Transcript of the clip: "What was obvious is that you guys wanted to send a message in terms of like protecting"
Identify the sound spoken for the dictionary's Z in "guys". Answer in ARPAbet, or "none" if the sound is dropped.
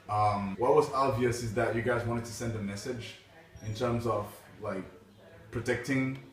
Z